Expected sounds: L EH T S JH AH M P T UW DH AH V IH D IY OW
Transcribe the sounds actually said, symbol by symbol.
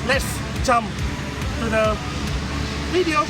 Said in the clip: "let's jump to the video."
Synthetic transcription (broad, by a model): L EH T S CH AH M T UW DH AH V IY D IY OW